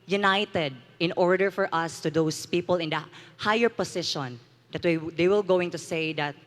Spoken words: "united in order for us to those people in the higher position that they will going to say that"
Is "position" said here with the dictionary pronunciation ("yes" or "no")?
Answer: no